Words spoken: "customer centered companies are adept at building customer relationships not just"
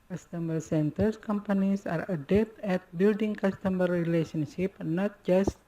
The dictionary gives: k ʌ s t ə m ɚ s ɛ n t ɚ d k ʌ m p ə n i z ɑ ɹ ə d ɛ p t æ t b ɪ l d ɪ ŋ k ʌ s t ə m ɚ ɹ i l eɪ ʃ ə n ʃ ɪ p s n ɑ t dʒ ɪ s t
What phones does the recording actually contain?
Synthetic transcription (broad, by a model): k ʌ s t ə m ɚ s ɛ n t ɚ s k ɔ m p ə n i s ɑ ɹ ə d ɛ p t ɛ t b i l d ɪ ŋ k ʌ s t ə m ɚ ɹ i l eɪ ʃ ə n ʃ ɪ p n ɑ t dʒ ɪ s t